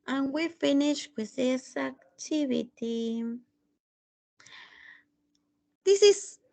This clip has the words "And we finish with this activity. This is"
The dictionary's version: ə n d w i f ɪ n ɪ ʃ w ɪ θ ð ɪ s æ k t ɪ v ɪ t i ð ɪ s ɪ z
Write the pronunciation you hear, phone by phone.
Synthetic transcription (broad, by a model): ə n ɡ w i f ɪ n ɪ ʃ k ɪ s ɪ s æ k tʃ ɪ b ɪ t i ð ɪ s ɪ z